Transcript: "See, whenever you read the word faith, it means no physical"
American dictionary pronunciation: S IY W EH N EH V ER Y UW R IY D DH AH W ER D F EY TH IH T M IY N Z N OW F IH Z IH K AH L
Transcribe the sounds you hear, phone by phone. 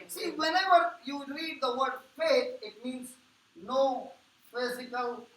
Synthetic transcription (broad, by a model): S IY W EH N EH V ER Y UW R IY D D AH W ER D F EY T IH T M IY N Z N OW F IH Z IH K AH L